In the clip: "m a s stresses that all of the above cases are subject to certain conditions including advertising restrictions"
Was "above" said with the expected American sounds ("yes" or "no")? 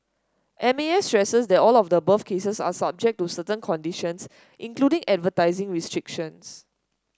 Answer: no